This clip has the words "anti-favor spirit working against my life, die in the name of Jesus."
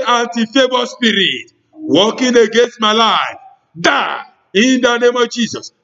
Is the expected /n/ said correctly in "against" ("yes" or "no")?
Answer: yes